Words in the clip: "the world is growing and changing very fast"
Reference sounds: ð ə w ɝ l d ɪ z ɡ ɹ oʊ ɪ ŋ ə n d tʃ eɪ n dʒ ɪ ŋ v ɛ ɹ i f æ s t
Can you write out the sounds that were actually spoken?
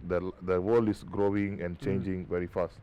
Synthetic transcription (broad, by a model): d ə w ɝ l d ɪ s ɡ ɹ oʊ ɪ ŋ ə n tʃ eɪ n dʒ ɪ ŋ v ɛ ɹ i f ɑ s t